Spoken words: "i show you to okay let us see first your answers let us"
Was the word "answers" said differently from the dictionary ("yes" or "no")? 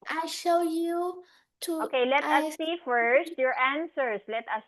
yes